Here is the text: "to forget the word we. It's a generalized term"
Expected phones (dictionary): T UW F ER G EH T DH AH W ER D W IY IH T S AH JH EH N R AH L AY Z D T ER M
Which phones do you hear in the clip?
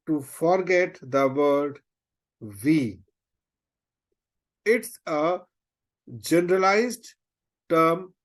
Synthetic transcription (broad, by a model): T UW F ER G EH T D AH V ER D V IY IH T S AH JH EH N R AH L AY Z D T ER M